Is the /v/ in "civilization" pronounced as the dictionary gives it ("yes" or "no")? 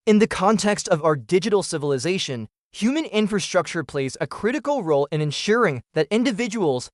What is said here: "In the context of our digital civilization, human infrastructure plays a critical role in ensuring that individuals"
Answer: yes